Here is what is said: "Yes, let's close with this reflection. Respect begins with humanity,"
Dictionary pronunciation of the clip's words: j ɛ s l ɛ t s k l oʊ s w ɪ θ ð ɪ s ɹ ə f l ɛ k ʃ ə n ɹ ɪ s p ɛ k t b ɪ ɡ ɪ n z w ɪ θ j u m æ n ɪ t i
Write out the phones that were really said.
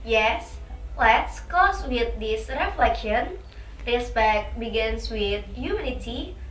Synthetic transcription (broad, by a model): j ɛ s l ɛ t s k oʊ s w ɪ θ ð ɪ s ɹ ə f l ɛ k ʃ ə n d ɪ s b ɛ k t b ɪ ɡ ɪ n s w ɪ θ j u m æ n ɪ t i